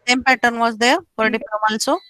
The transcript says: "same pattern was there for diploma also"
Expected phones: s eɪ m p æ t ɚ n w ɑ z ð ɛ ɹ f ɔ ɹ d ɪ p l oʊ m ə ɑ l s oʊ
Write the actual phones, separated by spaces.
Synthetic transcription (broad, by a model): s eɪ m p æ t ɚ n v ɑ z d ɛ ɹ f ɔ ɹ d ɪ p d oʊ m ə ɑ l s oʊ